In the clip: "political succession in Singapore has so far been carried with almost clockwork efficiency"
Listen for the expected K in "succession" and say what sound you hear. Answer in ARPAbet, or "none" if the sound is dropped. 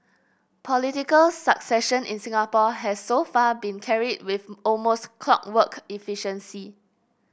K